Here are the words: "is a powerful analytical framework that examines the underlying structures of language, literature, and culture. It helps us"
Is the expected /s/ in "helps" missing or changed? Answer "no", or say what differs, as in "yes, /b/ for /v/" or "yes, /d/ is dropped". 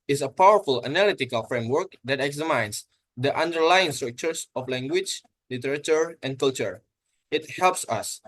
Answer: no